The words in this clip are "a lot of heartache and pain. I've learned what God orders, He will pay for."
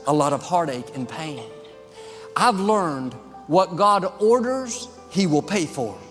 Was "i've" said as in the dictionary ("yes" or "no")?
yes